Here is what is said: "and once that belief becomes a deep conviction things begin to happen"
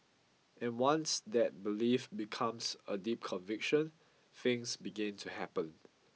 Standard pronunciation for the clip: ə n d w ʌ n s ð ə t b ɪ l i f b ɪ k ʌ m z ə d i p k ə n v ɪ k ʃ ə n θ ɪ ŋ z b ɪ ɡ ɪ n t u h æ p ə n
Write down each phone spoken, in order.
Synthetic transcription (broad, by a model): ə n w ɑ n s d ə t b ɪ l i f b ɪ k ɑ m s ə d i p k ə n v ɪ k ʃ ə n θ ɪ ŋ s b ɪ ɡ ɪ n t u h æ p ə n